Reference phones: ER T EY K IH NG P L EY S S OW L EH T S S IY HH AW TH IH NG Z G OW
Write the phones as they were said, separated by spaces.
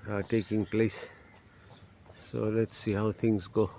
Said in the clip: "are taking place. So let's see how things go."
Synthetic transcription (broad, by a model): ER T EY K IH NG P L EY S S OW L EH T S S IY HH AW T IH NG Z G OW